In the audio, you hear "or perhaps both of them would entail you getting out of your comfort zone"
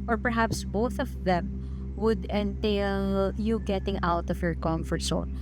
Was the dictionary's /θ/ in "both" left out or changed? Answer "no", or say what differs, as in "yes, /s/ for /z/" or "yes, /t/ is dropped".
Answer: no